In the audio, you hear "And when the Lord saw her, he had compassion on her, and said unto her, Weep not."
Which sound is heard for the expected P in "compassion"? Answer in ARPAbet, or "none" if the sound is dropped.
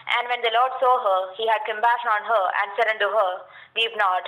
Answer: B